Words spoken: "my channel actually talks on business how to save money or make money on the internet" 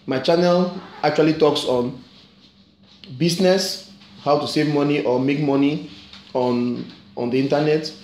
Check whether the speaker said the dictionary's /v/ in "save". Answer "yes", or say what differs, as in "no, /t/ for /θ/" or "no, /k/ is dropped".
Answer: yes